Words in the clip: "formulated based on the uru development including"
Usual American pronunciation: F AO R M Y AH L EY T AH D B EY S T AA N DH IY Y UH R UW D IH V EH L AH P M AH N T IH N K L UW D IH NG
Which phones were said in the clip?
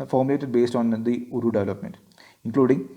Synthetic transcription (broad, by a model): F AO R M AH L EY T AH D B EY S T AA N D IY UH R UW D IH V EH L AH P M AH N T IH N K L UW D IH NG